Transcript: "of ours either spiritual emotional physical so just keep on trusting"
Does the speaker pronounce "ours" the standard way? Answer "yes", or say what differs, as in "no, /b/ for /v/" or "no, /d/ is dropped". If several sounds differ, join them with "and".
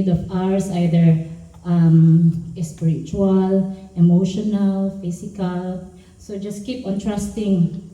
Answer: no, /s/ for /z/